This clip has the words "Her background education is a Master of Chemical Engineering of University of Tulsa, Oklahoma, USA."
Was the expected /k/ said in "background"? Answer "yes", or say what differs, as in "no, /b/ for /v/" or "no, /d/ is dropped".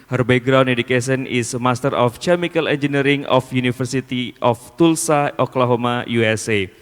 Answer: no, /k/ is dropped